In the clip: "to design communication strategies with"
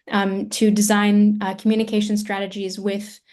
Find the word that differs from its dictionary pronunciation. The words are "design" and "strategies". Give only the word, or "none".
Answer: none